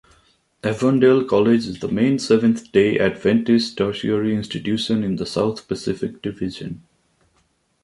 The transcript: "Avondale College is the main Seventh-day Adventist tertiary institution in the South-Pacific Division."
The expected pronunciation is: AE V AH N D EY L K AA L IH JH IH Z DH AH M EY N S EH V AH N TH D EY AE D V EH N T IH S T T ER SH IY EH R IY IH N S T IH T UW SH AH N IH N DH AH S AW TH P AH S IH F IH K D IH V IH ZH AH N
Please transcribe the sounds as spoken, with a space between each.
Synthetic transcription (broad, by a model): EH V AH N D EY L K AA L IH JH IH Z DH AH M EY N S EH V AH N T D EY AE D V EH N T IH S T T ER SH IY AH R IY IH N S T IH T UW SH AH N IH N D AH S AW T P AH S IH F IH K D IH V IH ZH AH N